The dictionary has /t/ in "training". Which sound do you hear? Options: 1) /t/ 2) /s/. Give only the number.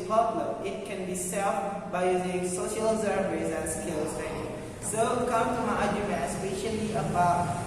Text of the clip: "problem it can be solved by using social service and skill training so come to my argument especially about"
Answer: 2